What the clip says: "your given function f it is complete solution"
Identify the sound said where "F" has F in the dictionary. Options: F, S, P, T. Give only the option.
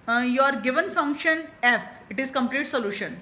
F